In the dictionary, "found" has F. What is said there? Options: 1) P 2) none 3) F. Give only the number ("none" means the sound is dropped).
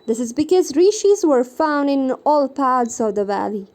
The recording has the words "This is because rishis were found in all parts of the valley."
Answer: 3